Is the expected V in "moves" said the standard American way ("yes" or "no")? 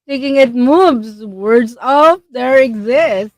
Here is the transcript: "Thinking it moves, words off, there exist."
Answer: no